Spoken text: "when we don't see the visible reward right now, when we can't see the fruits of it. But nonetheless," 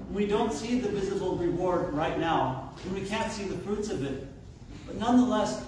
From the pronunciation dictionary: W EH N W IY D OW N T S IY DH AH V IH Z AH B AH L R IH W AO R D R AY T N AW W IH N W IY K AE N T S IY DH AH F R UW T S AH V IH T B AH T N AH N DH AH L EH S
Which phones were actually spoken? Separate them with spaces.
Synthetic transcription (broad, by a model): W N W IY D OW N T S IY DH AH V IH Z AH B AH L R IH W AO R D R AY T N AW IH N W IY K AE N T S IY DH AH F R UW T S AH V IH T B AH T N AH N DH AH L EH S